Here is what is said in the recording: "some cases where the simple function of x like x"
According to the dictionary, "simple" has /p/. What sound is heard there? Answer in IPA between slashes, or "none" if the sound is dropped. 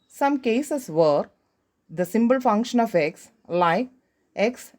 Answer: /b/